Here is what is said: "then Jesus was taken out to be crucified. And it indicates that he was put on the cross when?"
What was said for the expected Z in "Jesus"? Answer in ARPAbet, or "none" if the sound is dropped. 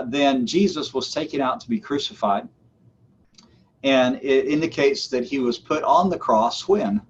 Z